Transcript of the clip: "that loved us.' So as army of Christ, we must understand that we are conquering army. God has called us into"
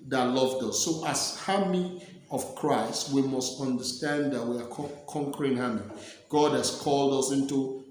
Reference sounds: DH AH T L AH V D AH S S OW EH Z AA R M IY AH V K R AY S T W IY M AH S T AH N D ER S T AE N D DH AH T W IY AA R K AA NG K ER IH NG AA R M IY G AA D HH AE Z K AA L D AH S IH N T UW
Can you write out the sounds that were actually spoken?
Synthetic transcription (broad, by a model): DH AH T L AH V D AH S S OW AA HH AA M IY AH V K R AY S T W IY M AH S T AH N D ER S T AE N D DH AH T W IY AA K K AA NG K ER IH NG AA M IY G AA D HH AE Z K AA L D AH S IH N T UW